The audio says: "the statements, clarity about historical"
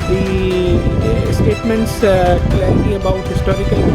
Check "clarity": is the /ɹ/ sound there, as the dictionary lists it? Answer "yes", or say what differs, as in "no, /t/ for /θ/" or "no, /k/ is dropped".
no, /ɹ/ is dropped